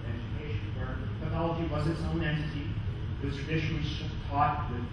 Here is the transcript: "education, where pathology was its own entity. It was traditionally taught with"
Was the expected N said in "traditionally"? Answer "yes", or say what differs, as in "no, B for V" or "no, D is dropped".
no, L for N